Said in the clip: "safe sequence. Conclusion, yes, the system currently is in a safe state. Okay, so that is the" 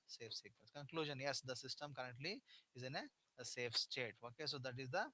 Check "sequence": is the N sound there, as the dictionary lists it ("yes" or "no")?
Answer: no